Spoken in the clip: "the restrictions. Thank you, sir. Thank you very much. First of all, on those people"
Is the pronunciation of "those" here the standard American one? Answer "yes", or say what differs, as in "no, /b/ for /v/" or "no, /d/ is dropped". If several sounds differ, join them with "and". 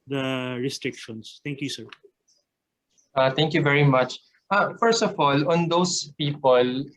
no, /s/ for /z/